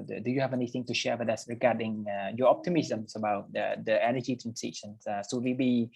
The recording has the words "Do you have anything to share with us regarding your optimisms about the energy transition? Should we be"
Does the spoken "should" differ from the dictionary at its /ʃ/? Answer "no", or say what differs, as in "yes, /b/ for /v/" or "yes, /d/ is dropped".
yes, /s/ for /ʃ/